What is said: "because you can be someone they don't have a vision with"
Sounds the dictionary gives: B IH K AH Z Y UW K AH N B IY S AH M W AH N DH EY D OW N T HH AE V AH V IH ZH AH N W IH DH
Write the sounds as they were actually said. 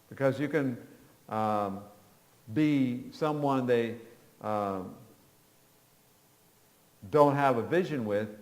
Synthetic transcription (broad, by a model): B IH K AH Z Y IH K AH N B IY S AH M W AH N DH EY D OW N T HH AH V AH V IH ZH AH N W IH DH